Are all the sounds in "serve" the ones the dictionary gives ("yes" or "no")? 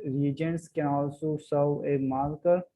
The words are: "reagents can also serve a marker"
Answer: no